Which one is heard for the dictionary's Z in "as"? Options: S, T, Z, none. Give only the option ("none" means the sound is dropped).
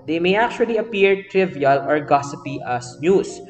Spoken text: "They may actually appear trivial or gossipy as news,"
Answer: S